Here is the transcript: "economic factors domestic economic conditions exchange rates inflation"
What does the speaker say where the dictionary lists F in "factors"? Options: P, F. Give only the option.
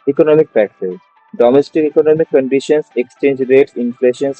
P